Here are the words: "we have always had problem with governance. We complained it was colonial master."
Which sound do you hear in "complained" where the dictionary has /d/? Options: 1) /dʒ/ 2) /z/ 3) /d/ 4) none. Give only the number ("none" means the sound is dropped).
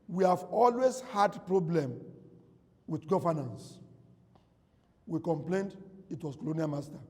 3